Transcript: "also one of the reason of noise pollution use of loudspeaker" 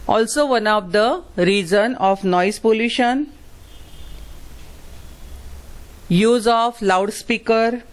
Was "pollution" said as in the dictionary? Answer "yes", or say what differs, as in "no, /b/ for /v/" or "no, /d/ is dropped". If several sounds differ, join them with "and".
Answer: yes